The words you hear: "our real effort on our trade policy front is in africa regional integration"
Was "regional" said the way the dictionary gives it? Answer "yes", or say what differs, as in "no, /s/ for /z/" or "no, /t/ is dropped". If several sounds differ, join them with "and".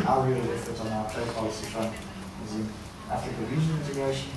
no, /n/ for /l/